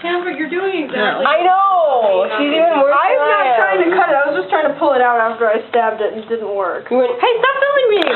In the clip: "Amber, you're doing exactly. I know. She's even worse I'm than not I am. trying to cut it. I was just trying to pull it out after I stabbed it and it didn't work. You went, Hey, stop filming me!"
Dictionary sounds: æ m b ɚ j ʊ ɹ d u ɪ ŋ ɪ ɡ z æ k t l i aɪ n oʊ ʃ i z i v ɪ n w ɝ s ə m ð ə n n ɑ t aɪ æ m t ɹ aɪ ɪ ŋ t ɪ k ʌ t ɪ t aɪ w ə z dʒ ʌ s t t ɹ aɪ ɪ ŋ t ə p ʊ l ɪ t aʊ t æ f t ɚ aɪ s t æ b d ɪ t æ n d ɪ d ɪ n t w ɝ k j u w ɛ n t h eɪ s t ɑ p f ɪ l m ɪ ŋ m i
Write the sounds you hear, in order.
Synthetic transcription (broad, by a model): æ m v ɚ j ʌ ɹ d u ɪ ŋ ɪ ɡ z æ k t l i aɪ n oʊ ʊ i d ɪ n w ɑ ə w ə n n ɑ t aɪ t ɹ aɪ ɪ ŋ t ɪ k ʌ t ɪ t aɪ w ə z dʒ ʌ s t t ɹ aɪ ɪ ŋ t ə p ʊ l ɪ t aʊ t æ f t ɚ aɪ s t æ b d ɪ t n d ɪ d n t w ɝ k h eɪ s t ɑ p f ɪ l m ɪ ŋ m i